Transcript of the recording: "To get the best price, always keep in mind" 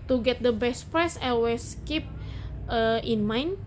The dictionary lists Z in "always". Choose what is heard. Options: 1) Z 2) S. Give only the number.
2